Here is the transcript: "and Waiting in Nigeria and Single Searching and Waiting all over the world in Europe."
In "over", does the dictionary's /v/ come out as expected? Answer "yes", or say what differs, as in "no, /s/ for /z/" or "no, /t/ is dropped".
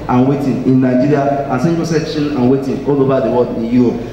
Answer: no, /b/ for /v/